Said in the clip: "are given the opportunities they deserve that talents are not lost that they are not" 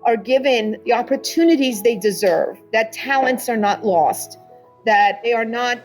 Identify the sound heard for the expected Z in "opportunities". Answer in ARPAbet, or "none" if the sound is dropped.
Z